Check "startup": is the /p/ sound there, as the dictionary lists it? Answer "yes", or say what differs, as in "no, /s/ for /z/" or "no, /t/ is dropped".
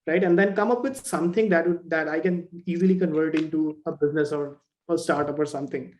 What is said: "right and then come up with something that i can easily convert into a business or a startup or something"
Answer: yes